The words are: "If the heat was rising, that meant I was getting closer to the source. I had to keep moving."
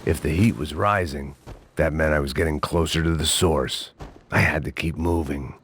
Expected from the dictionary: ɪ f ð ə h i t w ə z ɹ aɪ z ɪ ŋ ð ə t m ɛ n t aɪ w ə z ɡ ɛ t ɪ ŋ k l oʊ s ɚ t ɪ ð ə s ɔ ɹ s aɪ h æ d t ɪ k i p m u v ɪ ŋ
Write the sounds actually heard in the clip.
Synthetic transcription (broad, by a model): ɪ f ð ə h i t w ə z ɹ aɪ z ɪ ŋ ð ə t m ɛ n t aɪ w ə z ɡ ɛ t ɪ ŋ k l oʊ s ɚ t ɪ ð ə s ɔ ɹ s aɪ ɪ d t ɪ k i p m u v ɪ ŋ